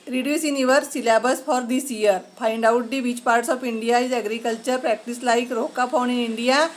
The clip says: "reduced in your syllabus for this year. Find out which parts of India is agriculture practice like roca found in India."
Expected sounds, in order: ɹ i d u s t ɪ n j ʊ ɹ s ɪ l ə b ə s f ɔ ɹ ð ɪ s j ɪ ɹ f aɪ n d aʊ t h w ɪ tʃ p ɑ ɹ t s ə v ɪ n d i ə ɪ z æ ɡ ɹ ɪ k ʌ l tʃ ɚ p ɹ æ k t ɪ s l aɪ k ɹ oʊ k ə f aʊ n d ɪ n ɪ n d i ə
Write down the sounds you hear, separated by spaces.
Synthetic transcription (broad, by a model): ɹ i d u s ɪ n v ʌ ɹ s ɪ l ə b ə s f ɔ ɹ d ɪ s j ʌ ɹ p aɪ n d aʊ t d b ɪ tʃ p ɑ ɹ t s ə p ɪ n d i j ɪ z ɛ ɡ ɹ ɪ k ʌ l tʃ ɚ p ɹ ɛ k t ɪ s l aɪ k ɹ oʊ k ə p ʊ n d ɪ n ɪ n d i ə